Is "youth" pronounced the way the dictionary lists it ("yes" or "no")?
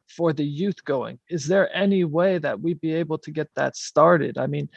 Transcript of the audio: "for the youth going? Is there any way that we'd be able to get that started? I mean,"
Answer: yes